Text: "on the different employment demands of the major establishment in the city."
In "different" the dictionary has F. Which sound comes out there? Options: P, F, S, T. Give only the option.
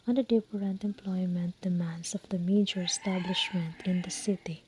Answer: P